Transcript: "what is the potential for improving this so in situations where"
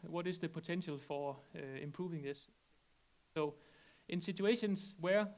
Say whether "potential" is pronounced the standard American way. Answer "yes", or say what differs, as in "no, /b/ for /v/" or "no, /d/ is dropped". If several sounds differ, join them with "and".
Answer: no, /s/ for /t/